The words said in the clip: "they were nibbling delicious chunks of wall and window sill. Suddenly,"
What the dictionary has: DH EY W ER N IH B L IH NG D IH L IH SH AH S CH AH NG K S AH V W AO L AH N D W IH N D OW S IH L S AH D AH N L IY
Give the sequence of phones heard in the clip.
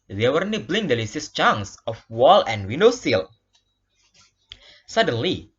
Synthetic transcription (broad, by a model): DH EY W ER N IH B L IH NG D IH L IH S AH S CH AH NG S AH F W AO L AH N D W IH N D OW S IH L S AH D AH N L IY